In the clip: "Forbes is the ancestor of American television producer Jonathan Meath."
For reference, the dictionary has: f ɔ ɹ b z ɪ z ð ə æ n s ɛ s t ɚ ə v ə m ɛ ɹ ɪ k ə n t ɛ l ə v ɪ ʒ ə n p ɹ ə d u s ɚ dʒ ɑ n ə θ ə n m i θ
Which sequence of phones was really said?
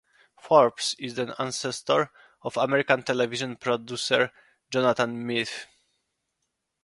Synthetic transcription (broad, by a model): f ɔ ɹ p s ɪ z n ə n s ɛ s t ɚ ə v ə m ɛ ɹ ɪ k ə n t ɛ l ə v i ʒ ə n p ɹ ə d u s ɚ dʒ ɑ n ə t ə n m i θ